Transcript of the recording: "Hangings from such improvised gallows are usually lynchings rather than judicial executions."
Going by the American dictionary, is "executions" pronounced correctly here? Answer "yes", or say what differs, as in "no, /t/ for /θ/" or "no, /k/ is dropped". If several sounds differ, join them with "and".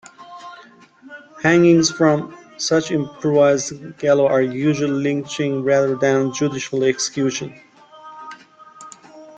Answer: no, /z/ is dropped